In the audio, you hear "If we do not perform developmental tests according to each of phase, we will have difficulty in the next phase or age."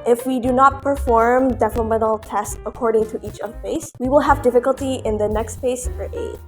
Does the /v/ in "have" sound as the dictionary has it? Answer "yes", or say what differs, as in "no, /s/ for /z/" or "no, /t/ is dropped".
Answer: yes